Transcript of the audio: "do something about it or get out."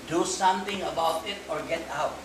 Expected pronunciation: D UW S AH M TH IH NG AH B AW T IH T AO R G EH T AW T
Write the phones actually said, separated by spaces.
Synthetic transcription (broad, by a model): D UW S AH M T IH NG AH B AW T IH T AO R G EH T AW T